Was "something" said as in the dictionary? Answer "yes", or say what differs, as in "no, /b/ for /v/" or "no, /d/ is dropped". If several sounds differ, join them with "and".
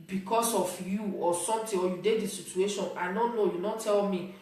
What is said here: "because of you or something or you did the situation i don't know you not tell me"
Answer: no, /t/ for /θ/